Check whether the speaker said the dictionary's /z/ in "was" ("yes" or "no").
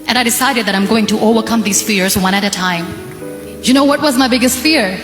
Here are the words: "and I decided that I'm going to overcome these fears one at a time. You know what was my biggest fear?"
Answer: yes